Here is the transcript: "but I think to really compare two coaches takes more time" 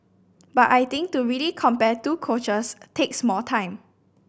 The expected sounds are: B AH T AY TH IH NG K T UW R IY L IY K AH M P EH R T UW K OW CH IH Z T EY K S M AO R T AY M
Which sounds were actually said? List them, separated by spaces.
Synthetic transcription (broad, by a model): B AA T AY T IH NG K T UW R IY L IY K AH M P EH T UW K OW CH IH S T EY K S M AO L T AY M